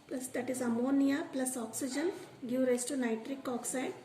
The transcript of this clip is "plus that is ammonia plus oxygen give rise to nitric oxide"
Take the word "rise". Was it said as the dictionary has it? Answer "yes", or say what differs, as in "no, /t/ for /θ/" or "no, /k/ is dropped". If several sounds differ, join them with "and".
no, /s/ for /z/